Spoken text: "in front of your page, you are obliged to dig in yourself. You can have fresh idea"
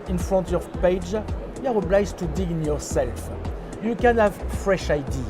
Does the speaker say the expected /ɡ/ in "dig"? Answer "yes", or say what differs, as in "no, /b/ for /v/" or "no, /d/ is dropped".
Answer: no, /ɡ/ is dropped